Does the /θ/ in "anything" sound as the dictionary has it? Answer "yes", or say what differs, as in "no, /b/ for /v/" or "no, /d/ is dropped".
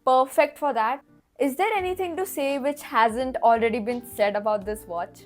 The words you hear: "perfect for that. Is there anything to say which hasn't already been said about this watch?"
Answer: no, /t/ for /θ/